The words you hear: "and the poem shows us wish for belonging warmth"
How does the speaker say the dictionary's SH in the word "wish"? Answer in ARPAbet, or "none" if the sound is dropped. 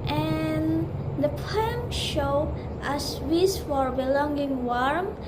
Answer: S